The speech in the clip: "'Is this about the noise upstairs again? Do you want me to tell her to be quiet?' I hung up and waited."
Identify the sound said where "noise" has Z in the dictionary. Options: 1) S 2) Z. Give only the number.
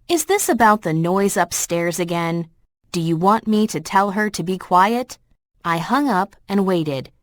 2